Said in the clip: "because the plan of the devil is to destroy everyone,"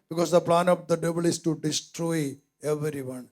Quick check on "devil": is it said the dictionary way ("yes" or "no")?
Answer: no